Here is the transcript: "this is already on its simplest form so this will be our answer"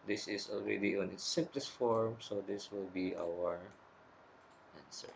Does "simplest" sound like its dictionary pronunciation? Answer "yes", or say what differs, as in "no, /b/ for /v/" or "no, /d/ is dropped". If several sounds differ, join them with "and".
no, /m/ is dropped